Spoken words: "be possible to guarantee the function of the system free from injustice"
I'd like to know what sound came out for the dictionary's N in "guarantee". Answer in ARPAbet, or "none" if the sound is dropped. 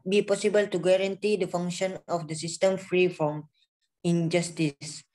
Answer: N